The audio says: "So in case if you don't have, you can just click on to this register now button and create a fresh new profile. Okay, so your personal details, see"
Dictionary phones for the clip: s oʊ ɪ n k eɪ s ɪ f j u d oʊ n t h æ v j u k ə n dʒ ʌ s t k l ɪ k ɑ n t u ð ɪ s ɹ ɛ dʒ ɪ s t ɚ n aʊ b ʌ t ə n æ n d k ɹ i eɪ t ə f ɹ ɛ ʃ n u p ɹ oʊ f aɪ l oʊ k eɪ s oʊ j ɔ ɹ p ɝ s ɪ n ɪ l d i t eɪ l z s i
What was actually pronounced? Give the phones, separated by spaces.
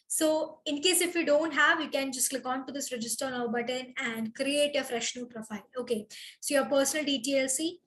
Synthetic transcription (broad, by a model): s oʊ ɪ n k eɪ s ɪ f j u d oʊ n t h æ v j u k ə n dʒ ʌ s t k l ɪ k ɑ n t u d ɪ s ɹ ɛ dʒ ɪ s t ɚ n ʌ b ʌ t ə n æ n d k ɹ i eɪ t ə f ɹ ɛ ʃ n u p ɹ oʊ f aɪ l oʊ k eɪ s oʊ j ɔ ɹ p ɝ s ɪ n ɪ l d i t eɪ l s i